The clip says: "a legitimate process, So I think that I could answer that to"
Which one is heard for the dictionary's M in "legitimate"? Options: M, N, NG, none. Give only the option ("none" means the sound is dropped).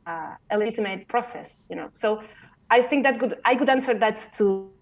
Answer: none